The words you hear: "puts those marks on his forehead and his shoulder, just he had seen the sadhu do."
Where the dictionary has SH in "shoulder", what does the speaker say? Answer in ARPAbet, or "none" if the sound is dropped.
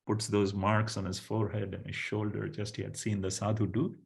SH